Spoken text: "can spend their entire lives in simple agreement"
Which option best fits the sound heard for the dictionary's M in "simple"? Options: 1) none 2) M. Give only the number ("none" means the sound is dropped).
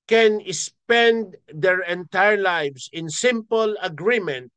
2